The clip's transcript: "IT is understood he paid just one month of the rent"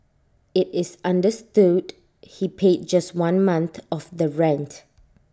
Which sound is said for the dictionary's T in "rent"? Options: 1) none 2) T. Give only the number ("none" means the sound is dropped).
2